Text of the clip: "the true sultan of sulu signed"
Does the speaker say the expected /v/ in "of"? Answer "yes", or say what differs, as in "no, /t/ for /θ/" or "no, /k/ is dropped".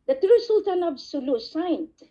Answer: no, /b/ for /v/